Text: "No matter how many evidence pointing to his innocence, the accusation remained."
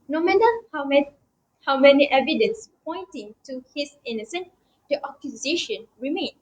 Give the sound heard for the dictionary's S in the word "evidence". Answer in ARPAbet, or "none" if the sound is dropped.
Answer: S